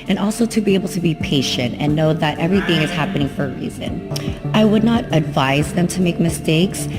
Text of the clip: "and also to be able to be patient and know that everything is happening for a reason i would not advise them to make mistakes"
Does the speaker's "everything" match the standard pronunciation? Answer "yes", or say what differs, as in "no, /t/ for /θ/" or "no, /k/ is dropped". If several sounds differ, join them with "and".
yes